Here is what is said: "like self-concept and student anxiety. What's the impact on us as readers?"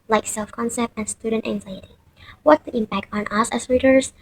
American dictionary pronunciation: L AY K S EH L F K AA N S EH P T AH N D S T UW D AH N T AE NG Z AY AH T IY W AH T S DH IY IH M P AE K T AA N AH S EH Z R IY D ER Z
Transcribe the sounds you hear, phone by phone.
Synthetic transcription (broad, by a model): L AY K S EH L F K AA N S EH P T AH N S T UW D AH N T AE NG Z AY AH T IY W AH T S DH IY IH M P AE K T N AH S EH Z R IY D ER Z